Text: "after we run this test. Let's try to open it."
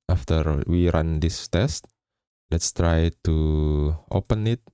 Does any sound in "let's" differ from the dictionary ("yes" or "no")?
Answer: no